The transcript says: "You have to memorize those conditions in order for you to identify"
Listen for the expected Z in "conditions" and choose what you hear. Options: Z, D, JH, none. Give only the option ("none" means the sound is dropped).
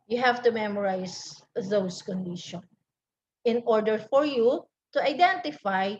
none